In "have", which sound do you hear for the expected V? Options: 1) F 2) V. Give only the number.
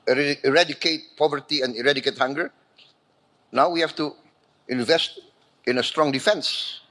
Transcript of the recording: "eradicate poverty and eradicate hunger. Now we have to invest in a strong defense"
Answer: 1